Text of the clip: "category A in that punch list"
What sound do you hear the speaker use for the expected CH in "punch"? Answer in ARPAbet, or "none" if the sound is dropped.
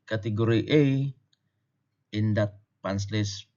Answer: S